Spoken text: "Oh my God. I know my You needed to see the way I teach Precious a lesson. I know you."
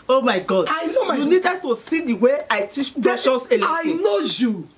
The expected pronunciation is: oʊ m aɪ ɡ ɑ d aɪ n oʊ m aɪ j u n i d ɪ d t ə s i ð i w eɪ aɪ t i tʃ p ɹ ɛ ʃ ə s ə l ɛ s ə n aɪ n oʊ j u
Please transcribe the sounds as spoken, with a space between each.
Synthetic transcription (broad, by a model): oʊ m aɪ ɡ ɑ d aɪ n oʊ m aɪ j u n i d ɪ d t ə s i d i w eɪ aɪ t i tʃ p ɛ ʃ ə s ə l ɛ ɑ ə i n oʊ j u